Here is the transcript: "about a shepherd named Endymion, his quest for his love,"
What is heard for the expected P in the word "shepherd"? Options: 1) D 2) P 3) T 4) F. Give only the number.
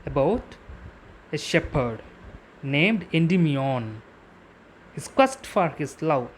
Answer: 2